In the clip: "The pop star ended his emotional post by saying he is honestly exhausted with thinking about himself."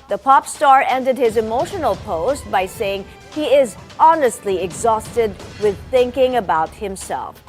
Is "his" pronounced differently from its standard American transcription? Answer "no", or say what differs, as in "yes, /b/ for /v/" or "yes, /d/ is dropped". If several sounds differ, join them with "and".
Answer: no